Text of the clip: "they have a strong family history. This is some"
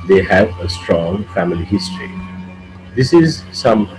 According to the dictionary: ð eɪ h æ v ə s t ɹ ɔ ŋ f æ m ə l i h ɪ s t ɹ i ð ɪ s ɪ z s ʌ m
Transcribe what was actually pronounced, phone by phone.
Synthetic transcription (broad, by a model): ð eɪ h æ v ə s t ɹ ɔ ŋ f æ m ə l i h ɪ s t ɹ i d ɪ s ɪ z s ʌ m